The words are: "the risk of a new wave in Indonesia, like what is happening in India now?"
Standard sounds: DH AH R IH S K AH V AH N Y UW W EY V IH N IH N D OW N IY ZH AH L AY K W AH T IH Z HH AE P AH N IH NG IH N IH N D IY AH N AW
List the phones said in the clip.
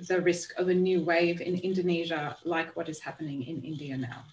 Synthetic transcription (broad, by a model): DH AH R IH S K AH V AH N Y UW W EY V IH N IH N D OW N IY ZH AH L AY K W AH T IH Z HH AE P AH N IH NG IH N IH N D IY AH N AW